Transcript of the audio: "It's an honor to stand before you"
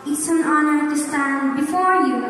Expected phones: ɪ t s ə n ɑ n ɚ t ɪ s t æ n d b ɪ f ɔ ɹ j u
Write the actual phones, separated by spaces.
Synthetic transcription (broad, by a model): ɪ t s ə n ɑ n ɚ t ɪ s t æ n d b ɪ f ɔ ɹ j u